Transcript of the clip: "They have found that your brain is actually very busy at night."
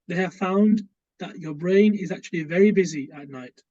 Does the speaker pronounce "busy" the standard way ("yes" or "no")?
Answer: yes